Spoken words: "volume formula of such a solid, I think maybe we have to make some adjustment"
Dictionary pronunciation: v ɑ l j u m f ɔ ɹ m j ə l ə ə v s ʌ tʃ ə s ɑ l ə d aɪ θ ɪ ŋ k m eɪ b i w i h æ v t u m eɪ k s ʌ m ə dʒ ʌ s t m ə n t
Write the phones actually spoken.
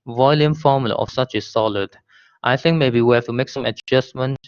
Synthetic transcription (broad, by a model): v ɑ l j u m f ɔ m j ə l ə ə f s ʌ tʃ ə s ɑ l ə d aɪ θ ɪ ŋ k m eɪ b i w i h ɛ f t u m eɪ k s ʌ m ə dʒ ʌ s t m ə n